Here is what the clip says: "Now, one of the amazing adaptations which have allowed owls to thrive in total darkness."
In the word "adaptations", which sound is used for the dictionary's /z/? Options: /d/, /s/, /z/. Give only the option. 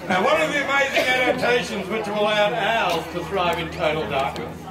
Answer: /z/